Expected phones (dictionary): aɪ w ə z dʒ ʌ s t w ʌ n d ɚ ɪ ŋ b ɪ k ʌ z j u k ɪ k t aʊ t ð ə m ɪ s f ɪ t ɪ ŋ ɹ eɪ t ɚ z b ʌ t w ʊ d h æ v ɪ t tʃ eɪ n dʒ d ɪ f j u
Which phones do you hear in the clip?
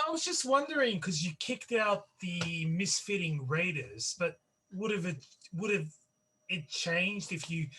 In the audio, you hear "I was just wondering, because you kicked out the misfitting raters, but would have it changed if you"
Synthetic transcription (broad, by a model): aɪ w ə z dʒ ʌ s t w ʌ n d ɚ ɪ ŋ k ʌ z j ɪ k ɪ k t aʊ t ð ə m ɪ s f ɪ t ɪ ŋ ɹ eɪ t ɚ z b ʌ t w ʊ d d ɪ v ɪ t tʃ eɪ n dʒ d ɪ f j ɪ